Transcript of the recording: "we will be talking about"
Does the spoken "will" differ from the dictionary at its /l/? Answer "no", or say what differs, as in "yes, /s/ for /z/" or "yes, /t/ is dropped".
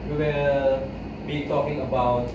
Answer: yes, /n/ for /l/